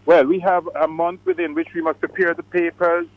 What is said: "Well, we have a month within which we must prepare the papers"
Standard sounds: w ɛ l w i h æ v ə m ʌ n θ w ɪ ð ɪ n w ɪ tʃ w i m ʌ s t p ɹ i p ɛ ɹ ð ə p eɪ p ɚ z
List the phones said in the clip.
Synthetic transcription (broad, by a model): w ɛ l w i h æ v ə m ʌ n θ w ɪ ð ɪ n w ɪ tʃ w i m ʌ s t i p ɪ ɹ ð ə p eɪ p ɚ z